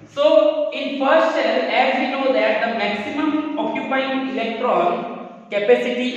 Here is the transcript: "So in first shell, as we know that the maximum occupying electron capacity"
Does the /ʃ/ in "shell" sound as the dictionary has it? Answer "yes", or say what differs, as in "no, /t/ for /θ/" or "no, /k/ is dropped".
no, /s/ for /ʃ/